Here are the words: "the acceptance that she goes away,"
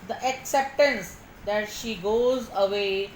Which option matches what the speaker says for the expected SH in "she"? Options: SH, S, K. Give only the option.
SH